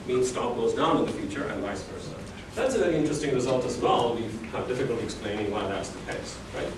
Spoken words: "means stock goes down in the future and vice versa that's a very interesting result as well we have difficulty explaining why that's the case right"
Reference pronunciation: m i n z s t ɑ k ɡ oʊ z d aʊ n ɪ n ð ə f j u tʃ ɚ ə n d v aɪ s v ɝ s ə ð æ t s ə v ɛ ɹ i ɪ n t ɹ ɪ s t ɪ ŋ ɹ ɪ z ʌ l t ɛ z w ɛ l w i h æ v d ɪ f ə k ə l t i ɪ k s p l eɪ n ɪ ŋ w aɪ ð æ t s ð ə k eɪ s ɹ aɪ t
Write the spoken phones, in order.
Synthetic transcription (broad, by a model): m i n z s t ɑ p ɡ oʊ s d aʊ n ɪ n ð ə f j u tʃ ɚ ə n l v aɪ s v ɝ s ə ð æ t s ə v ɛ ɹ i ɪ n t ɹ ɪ s t ɪ ŋ ɹ ɪ z ʌ l t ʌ z w ɛ l w i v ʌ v d ɪ f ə k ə l t i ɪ k s p l eɪ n ɪ ŋ w aɪ ð æ t s ð ə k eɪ s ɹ aɪ t